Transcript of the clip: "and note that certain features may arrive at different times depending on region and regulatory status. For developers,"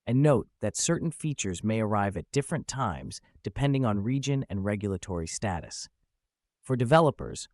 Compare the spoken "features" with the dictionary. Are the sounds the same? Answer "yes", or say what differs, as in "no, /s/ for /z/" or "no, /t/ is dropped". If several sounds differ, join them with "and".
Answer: yes